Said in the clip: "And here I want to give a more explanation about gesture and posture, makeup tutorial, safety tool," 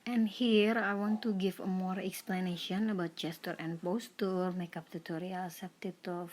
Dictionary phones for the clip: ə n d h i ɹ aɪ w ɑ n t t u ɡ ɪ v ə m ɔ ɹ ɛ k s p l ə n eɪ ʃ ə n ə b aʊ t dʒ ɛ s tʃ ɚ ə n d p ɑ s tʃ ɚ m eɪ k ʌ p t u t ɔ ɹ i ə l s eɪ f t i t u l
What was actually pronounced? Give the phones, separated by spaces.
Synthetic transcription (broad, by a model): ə n h i ɹ aɪ w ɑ n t t u ɡ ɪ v ə m ɔ ɹ ɛ k s p l ə n eɪ ʃ ə n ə b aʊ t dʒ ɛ s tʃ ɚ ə n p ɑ s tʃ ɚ m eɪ k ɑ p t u t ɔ ɹ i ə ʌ s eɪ p t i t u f